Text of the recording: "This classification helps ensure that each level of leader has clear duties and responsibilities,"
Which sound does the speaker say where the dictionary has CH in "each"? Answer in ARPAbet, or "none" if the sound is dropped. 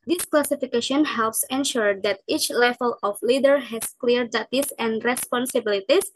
CH